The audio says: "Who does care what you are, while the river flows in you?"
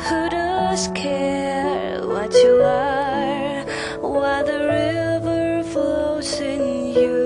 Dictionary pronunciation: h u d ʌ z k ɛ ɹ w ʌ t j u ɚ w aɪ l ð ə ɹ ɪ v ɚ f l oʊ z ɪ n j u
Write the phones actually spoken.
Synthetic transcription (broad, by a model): h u d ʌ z k ɛ ɹ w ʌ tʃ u ɚ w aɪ ð ə ɹ ɪ v ɚ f l oʊ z ɪ n j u